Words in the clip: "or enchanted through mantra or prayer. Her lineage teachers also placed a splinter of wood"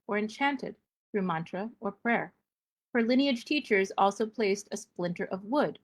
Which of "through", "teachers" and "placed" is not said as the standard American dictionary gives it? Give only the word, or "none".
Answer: none